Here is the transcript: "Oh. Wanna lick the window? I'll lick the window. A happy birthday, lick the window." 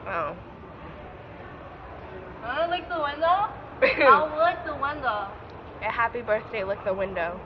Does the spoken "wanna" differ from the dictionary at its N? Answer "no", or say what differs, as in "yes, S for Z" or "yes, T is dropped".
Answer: yes, L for N